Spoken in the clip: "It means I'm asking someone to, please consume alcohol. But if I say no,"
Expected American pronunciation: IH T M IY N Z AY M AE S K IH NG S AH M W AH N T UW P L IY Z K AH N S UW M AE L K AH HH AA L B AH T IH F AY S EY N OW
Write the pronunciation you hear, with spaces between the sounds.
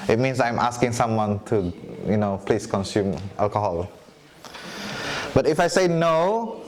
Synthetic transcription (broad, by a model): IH T M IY N S AY M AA S K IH NG S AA M W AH N T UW P L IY S K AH N S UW M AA L K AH HH AA L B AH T IH F AY S EY N OW